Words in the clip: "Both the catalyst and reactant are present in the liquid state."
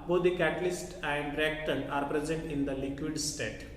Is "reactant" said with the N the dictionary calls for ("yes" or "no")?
no